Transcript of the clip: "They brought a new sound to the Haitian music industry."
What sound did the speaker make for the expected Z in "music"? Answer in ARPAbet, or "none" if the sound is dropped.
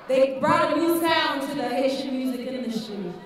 Z